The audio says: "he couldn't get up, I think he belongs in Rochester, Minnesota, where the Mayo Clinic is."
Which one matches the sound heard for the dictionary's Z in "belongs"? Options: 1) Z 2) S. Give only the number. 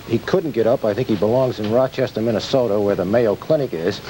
1